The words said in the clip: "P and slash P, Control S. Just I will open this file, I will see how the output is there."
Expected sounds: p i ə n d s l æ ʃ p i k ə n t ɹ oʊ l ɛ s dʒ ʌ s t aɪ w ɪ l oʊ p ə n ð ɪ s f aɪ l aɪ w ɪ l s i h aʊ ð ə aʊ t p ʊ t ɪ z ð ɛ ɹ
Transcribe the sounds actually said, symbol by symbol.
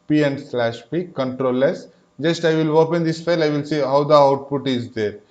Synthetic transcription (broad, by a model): p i ə n d s l æ ʃ p i k ə n t ɹ oʊ l ɛ s dʒ ʌ s t aɪ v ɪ l oʊ p ə n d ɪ s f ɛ l aɪ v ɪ l s i h aʊ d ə aʊ t p ʊ t ɪ z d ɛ ɹ